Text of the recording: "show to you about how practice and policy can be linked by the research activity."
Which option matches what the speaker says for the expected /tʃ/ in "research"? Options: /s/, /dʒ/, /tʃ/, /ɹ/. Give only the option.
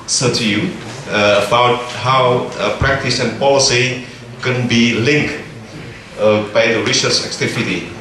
/s/